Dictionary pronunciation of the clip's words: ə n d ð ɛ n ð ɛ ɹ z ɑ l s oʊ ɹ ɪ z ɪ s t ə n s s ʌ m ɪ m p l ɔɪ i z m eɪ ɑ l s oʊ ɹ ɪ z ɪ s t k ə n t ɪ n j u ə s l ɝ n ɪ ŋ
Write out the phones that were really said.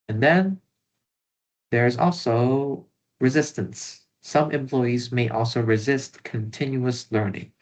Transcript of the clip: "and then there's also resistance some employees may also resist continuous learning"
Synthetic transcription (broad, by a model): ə n ð ɛ n ð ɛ ɹ z ɑ l s oʊ ɹ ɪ z ɪ s t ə n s s ʌ m ɪ m p l ɔɪ i z m eɪ ɑ l s oʊ ɹ ɪ z ɪ s t k ə n t ɪ n j u ə s l ɝ n ɪ ŋ